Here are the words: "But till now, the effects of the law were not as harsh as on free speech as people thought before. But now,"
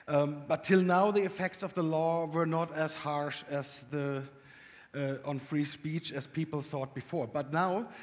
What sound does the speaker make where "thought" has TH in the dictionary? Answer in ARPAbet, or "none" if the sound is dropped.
TH